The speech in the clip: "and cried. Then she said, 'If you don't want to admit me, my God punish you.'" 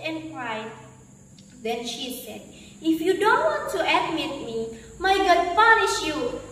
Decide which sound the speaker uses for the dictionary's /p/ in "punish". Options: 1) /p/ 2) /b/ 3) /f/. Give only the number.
3